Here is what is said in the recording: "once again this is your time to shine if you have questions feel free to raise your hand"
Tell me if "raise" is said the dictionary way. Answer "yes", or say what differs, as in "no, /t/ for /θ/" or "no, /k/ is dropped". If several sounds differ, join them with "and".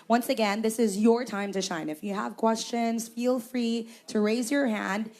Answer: yes